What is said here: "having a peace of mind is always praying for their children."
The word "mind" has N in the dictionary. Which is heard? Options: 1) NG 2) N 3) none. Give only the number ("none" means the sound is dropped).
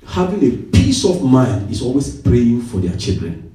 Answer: 2